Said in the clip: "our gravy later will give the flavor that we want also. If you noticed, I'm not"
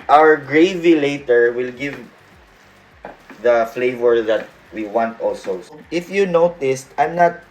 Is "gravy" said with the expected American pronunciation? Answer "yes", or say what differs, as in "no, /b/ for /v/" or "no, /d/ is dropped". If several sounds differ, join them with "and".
yes